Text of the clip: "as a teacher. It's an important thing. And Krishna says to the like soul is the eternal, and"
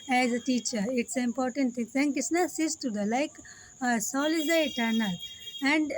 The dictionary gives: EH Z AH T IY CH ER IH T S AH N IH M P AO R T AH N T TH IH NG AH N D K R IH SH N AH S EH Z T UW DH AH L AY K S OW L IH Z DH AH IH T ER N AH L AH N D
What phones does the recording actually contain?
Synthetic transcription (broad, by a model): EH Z AH T IY CH ER IH T S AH IH M P AO R T AH N T T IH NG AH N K IH S N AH S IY S T UW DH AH L AY K S OW L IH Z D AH IH T ER N AH L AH N D